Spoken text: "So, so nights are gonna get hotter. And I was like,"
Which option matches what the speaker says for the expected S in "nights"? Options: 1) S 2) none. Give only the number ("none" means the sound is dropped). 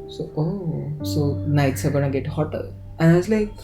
1